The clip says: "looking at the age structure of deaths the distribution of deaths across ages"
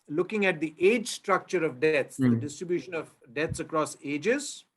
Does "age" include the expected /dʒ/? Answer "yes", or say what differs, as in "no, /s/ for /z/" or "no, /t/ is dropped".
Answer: yes